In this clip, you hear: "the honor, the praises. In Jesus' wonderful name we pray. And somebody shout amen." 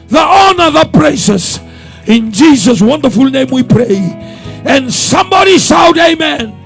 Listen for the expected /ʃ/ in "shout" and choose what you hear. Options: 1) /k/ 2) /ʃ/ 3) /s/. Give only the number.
3